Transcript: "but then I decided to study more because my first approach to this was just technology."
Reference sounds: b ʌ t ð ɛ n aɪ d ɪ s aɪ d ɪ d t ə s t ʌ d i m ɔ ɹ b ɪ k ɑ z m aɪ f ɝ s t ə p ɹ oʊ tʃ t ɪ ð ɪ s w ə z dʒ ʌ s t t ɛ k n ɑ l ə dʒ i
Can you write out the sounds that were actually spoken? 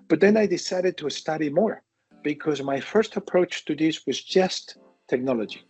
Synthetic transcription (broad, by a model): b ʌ t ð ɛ n aɪ d ɪ s aɪ d ɪ d t ə s t ʌ d i m ɔ ɹ b ɪ k ɑ z m aɪ f ɝ s t ə p ɹ oʊ tʃ t ɪ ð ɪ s w ə z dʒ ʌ s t t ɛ k n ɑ l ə dʒ i